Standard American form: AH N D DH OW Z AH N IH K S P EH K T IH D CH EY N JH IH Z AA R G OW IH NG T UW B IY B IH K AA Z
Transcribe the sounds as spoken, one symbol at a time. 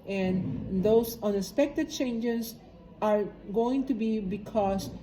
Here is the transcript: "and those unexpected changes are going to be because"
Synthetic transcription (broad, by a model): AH N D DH OW S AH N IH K S P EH K T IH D CH EY N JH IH S AA R G OW IH NG T UW B IY B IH K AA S